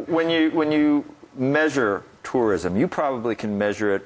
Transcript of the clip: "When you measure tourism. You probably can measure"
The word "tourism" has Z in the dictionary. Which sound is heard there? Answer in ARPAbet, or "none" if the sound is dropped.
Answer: Z